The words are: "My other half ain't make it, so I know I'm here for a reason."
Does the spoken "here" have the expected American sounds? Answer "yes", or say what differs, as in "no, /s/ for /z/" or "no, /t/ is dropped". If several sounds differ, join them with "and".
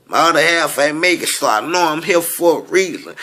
no, /l/ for /ɹ/